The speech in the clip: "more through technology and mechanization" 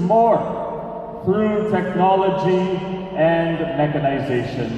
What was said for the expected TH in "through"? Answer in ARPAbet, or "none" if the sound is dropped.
F